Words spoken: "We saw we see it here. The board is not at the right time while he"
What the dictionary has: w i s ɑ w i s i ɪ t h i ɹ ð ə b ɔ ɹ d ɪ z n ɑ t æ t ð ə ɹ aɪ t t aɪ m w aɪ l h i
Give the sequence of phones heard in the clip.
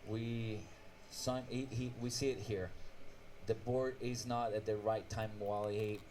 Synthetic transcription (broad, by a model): w i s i w i s i ɪ t h i ɹ ð ə b ɔ ɹ d ɪ z n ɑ t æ t ð ə ɹ aɪ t t aɪ m w aɪ l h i